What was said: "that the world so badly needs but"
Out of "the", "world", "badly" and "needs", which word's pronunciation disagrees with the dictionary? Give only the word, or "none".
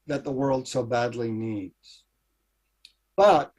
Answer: none